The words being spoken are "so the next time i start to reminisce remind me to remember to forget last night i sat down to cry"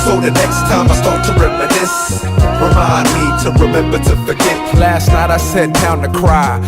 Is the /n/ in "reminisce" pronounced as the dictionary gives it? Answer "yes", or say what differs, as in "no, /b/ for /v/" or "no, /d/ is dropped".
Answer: no, /n/ is dropped